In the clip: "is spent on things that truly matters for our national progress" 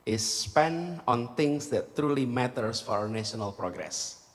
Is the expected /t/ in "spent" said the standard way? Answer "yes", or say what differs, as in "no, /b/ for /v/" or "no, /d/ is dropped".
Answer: no, /t/ is dropped